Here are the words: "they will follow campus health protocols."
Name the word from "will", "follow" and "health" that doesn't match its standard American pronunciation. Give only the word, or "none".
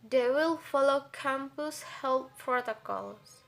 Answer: health